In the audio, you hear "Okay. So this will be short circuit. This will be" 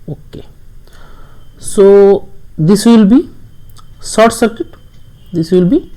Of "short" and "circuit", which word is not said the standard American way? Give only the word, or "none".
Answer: short